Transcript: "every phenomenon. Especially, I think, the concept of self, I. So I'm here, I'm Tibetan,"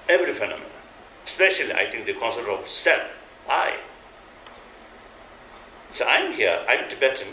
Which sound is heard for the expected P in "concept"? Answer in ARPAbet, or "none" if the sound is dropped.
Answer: none